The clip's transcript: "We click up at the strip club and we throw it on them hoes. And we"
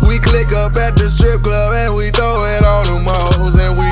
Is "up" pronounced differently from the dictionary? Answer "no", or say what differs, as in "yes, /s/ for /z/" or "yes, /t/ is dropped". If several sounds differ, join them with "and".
yes, /b/ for /p/